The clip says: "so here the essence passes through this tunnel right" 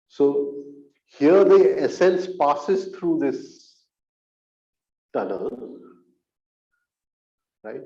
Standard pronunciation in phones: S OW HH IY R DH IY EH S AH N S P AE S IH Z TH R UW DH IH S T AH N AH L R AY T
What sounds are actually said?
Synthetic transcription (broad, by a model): S OW HH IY R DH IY EH S AH N S P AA S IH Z T R UW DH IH S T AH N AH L R AY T